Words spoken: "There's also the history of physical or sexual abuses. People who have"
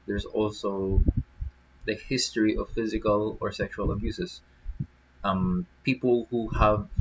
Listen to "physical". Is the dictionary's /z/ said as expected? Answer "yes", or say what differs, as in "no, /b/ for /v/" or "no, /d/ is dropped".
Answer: yes